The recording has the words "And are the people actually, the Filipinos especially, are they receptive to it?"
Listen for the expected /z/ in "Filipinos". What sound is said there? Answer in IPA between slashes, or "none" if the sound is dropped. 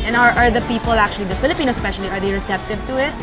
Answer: none